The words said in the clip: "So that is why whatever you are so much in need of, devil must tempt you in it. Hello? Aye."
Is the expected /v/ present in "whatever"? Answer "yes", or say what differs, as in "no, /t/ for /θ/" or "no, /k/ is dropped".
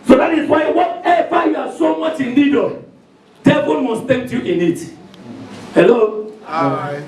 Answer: no, /f/ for /v/